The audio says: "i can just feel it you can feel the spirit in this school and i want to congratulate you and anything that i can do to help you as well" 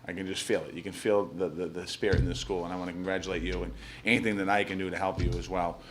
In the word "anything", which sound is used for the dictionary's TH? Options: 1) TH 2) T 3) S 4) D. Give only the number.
1